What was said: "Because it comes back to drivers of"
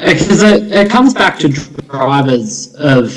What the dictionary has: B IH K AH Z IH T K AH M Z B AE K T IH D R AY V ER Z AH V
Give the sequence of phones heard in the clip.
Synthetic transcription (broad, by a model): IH K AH Z IH T K AH M Z B AE K T IH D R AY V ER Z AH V